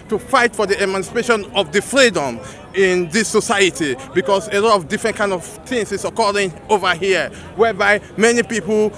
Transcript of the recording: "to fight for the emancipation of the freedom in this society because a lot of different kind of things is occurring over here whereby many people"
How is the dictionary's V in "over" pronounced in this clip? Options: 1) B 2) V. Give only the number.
2